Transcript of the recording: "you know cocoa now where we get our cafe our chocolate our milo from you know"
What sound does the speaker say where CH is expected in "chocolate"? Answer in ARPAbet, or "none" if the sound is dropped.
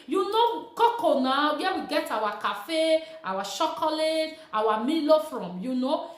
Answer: SH